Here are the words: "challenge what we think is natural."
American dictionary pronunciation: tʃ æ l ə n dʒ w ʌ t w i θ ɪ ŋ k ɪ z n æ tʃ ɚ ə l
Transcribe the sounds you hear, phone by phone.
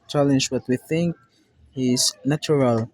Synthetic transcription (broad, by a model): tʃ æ l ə n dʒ w ʌ t w i θ ɪ ŋ k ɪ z n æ tʃ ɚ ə l